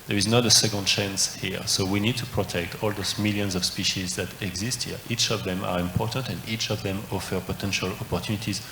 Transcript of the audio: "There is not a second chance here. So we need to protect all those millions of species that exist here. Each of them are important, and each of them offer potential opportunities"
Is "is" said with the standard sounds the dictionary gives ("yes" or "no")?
yes